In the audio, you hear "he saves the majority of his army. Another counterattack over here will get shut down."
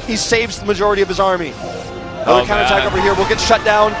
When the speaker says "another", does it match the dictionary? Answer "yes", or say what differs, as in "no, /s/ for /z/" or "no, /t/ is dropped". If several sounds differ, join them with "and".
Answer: no, /n/ is dropped